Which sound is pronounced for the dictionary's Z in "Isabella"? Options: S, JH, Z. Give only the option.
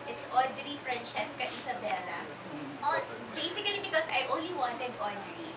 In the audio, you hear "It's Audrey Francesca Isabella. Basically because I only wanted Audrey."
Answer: S